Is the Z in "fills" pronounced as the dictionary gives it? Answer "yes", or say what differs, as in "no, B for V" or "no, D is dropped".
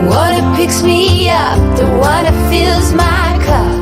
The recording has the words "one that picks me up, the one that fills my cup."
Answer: yes